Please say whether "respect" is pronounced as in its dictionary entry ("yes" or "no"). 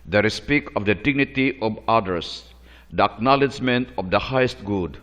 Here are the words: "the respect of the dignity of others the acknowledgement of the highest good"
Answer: no